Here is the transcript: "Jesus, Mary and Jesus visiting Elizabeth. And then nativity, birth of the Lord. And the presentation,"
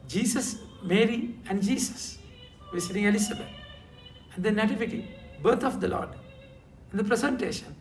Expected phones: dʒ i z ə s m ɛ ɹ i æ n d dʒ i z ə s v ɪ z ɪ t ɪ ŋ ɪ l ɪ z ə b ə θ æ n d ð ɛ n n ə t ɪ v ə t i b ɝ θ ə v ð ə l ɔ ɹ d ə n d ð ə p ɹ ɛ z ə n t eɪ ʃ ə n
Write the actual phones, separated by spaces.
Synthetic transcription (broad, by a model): dʒ i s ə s m ɛ ɹ i æ n d dʒ i s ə s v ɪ s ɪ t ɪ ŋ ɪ l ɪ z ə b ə t æ n d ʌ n n ə t ɪ v ə t i b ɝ t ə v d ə l ɔ ɹ d ə n d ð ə p ɹ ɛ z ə n t eɪ ʃ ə n